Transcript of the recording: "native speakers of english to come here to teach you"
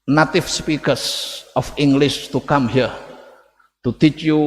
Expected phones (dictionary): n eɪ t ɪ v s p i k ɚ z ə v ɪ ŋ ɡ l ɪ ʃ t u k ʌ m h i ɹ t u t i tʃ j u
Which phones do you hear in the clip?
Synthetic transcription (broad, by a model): n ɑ t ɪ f s p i k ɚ s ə f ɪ ŋ ɡ l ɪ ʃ t u k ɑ m h i ɹ t u t i tʃ j u